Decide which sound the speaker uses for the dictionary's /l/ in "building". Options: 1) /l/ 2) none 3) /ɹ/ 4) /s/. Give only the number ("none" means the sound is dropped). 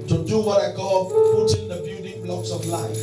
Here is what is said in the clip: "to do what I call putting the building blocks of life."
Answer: 2